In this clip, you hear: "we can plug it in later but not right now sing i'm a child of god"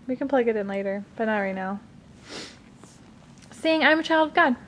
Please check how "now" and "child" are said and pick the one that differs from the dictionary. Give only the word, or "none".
none